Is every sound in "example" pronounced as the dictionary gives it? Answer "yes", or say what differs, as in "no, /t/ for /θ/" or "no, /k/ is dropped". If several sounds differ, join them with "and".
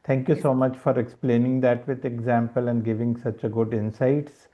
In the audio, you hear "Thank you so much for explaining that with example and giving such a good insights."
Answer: yes